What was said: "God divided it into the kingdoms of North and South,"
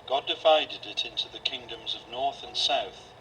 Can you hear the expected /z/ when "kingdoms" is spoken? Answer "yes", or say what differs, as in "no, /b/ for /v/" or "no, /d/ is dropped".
yes